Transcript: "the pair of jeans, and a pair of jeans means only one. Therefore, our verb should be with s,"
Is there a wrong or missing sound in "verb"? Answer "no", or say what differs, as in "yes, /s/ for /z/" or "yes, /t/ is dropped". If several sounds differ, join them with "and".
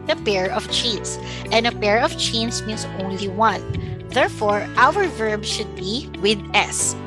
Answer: no